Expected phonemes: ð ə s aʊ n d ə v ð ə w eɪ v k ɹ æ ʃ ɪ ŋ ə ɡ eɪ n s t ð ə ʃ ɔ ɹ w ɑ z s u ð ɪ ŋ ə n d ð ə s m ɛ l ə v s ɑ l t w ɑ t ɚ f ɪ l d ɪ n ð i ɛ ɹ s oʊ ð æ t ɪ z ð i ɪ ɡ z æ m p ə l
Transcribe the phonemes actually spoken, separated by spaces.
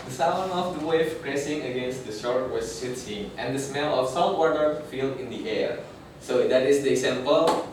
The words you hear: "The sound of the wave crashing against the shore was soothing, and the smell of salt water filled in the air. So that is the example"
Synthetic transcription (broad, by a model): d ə s aʊ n ə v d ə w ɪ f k ɹ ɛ s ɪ ŋ ə ɡ eɪ n s t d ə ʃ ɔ ɹ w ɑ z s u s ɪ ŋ ə n d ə s m ɛ l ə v s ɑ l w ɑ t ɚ f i l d ɪ n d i ɛ ɹ s oʊ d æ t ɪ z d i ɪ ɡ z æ m p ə l